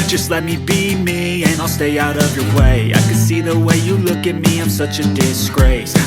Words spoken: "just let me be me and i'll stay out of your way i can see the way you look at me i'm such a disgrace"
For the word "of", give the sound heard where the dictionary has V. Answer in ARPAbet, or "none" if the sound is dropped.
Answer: V